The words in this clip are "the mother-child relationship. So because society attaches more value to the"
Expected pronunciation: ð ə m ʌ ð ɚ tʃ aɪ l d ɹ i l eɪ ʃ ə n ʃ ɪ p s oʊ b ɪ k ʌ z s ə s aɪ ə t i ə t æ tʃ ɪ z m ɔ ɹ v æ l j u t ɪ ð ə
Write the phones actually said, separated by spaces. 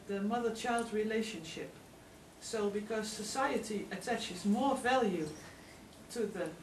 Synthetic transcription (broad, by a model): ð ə m ʌ ð ɚ tʃ aɪ l d ɹ i l eɪ ʃ ə n ʃ ɪ p s oʊ b ɪ k ʌ z s ə s aɪ ə t i ə t æ tʃ ɪ z m ɔ ɹ v æ l j u t ɪ ð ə